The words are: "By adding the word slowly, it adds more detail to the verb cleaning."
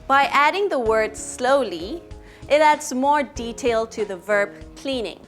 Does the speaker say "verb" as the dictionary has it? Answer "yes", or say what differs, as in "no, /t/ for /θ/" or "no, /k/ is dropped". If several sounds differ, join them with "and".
yes